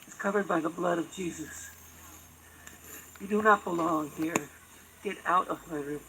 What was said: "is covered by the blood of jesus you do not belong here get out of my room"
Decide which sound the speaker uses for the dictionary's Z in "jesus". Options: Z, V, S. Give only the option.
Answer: Z